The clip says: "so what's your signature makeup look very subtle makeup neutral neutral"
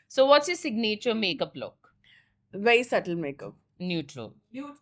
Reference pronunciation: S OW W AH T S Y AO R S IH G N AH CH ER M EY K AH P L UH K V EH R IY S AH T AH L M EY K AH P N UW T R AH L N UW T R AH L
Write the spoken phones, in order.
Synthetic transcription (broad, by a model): S OW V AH T S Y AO S IH G N AH CH ER M EY K AH P L UH K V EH IY S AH T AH L M EY K AH P N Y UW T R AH L